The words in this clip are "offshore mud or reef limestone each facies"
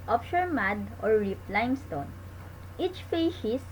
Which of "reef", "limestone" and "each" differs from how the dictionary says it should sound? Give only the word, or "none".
reef